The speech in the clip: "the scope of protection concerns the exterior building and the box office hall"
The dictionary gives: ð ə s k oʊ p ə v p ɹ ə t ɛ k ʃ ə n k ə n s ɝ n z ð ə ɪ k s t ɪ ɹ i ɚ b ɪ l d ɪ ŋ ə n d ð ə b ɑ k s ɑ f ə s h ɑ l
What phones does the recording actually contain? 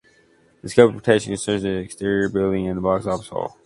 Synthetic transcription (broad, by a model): ð ə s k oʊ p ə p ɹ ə t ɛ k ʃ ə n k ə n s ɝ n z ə ɪ k s t ɪ ɹ i ɚ b ɪ l d ɪ ŋ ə n ð ə b ɑ k s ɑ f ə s h ɑ l